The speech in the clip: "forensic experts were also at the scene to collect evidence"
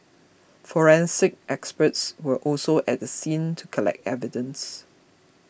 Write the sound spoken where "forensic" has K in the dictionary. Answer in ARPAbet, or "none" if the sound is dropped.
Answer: K